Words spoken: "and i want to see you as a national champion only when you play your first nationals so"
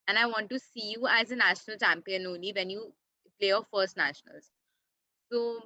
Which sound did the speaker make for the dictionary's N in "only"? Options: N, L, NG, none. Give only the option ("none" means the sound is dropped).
N